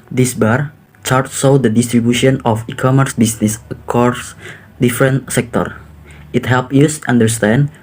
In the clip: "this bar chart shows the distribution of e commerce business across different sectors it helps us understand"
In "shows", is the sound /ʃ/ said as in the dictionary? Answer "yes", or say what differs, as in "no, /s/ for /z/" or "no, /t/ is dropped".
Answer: no, /s/ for /ʃ/